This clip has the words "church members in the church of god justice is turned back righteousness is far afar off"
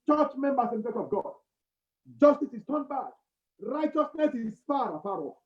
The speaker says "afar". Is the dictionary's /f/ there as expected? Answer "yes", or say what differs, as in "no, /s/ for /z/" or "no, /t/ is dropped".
no, /p/ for /f/